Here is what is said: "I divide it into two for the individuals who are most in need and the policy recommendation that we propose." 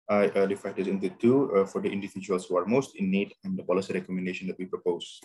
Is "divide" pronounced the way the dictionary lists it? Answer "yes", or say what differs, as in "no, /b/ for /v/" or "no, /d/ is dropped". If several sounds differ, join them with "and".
no, /f/ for /v/